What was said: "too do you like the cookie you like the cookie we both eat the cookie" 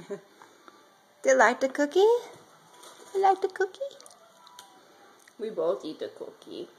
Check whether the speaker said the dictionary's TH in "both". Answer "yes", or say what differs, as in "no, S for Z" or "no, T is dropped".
no, T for TH